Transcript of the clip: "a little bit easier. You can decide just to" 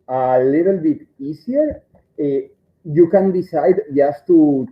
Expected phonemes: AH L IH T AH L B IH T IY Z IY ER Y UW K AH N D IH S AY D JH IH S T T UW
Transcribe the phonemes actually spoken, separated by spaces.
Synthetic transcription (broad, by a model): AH L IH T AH L B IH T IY S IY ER Y UW K AH N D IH S AY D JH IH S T T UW